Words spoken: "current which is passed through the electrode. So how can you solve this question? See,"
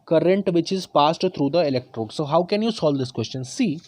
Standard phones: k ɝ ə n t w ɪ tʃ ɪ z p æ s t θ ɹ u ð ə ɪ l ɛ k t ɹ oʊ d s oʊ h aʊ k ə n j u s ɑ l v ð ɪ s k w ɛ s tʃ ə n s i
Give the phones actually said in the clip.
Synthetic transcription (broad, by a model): k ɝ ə n t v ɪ tʃ ɪ z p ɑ s t t ɹ u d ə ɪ l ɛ k t ɹ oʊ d s oʊ h aʊ k ə n j u s ɑ l v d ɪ s k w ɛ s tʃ ə n s i